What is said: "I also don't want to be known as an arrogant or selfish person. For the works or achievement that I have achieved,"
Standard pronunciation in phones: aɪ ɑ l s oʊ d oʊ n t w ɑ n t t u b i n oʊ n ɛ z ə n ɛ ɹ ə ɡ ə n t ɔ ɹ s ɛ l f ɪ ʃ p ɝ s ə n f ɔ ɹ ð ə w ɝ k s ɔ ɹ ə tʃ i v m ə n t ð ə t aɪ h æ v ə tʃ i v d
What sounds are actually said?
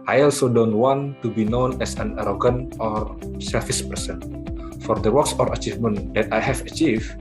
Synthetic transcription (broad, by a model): aɪ ɑ l s oʊ d oʊ n t w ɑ n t t u b i n oʊ n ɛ s ə n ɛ ɹ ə ɡ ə n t ɔ ɹ s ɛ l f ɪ s p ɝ s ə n f ɔ ɹ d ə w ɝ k s ɔ ɹ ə tʃ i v m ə n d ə t aɪ h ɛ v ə tʃ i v